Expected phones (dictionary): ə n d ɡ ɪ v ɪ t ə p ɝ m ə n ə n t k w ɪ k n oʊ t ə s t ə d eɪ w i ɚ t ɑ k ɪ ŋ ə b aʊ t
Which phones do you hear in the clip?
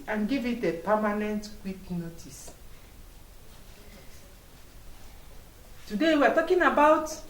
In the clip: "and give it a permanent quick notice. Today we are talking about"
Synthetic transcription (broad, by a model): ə n ɡ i v ɪ t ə p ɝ m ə n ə n t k w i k n oʊ t ə s t ə d eɪ w i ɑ t ɑ k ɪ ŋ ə b aʊ t